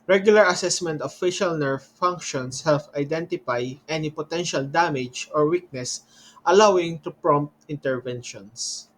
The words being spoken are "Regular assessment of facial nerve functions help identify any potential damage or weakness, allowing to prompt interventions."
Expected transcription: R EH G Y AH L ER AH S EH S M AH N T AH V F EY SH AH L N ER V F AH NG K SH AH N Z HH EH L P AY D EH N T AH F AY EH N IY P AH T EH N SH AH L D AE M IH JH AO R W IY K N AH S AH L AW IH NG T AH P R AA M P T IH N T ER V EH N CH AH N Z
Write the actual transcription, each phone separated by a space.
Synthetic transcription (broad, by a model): R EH G Y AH L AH AH S EH S M AH N T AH F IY SH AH L N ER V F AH NG K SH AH N S HH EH L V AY D EH N T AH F AY EH N IY P AH T EH N SH AH L D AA M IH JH AO R W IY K N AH S AH L AW IH NG T AH P R AA M P T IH N T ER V EH N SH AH N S